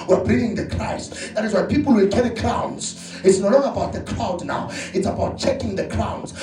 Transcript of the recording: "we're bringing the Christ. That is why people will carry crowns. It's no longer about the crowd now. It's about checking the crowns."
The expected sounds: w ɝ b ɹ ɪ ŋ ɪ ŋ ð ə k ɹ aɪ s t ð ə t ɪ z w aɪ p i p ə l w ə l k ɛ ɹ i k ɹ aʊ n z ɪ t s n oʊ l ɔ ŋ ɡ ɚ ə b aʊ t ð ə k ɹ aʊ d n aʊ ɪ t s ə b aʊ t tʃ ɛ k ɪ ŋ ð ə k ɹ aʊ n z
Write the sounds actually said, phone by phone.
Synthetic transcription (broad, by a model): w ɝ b ɪ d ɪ ŋ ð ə k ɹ aɪ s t ð ə t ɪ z w aɪ p i p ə l w ə l k ɛ ɹ i k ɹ aʊ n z ɪ t s n oʊ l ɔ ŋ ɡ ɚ ə b aʊ t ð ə k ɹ aʊ d n aʊ ɪ t s ə b aʊ t tʃ ɛ k ɪ ŋ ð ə k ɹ aʊ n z